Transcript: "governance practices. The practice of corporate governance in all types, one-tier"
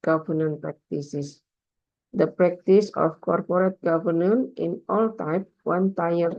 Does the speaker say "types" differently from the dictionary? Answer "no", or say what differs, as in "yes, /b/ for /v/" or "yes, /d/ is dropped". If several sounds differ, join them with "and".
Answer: yes, /s/ is dropped